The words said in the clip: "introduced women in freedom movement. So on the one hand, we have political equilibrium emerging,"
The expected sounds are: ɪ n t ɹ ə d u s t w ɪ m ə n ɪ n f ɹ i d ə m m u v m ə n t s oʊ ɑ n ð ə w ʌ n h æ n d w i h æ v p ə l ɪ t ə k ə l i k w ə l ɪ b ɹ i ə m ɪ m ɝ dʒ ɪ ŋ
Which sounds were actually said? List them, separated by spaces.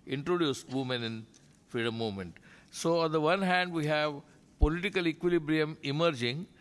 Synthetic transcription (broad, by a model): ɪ n t ɹ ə d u s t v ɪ m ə n ɪ n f ɹ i d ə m m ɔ m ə n t s oʊ ɑ n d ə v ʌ n h æ n d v i h æ v p ə l ɪ t ə k ə l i k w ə l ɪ b ɹ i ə m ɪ m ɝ dʒ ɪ ŋ